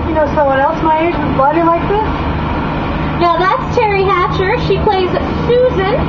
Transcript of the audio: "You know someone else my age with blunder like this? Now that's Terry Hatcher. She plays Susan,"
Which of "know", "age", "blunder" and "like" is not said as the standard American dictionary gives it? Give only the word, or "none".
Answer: blunder